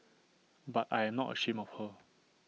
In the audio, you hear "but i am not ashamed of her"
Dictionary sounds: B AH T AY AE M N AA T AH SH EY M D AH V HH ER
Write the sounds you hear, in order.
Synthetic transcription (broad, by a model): B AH T AY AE M N AA T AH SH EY M AH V HH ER